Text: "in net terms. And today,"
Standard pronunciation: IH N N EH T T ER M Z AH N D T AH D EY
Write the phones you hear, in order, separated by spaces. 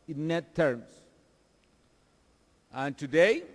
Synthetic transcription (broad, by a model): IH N N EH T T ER M S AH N T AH D EY